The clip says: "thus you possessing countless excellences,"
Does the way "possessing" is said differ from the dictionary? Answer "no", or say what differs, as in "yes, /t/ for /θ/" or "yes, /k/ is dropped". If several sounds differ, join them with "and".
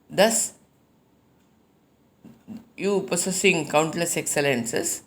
yes, /s/ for /z/